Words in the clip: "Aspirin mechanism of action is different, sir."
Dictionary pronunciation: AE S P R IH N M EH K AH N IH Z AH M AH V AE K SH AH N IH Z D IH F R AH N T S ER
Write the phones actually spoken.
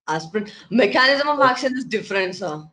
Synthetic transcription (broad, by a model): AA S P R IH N M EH K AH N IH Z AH M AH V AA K S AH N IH S D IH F R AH N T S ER